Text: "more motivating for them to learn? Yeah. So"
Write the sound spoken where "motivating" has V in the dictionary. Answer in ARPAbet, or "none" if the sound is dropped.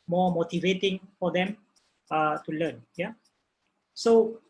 V